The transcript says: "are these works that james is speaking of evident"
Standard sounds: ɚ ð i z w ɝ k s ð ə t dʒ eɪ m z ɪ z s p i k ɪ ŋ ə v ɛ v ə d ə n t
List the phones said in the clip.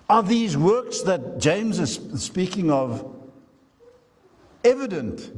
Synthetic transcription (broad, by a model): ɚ ð i z w ɝ k s ð ə t dʒ eɪ m z ɪ z s p i k ɪ ŋ ə v ɛ v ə d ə n t